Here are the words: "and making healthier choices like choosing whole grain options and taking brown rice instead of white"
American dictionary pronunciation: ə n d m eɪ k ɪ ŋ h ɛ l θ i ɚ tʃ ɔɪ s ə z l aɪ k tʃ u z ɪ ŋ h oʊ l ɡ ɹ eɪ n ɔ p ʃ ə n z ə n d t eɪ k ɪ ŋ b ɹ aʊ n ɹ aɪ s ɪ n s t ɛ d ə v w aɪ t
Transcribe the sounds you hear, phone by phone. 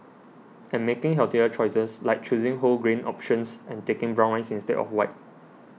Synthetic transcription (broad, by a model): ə n m eɪ k ɪ ŋ h ɛ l t i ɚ tʃ ɔɪ s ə s l aɪ k tʃ u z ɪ ŋ h oʊ l ɡ ɹ eɪ n ɔ p ʃ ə n s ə n t eɪ k ɪ ŋ b ɹ aʊ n l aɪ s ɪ n s t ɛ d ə f w aɪ t